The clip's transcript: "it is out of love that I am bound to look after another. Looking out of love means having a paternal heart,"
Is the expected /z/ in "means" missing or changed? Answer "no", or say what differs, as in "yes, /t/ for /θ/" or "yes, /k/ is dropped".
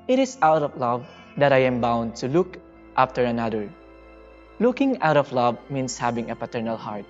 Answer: yes, /s/ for /z/